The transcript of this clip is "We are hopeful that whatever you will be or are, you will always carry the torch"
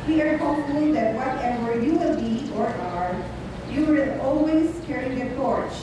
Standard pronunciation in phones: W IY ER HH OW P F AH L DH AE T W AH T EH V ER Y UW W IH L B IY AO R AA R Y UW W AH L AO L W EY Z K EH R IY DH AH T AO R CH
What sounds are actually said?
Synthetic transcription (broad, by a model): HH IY ER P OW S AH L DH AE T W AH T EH W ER Y UW W IH L B IY AO R AA R Y UW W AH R AO L W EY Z K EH R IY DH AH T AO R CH